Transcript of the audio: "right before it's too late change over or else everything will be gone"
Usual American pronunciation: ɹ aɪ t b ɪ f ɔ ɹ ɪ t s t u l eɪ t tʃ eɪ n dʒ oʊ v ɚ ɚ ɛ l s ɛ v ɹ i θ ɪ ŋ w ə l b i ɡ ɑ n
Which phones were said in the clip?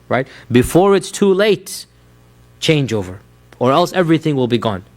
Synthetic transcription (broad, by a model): ɹ aɪ t b ɪ f ɔ ɹ ɪ t s t u l eɪ t tʃ eɪ n dʒ oʊ v ɚ ɚ ɛ l s ɛ v ɹ i θ ɪ ŋ w ə l b i ɡ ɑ n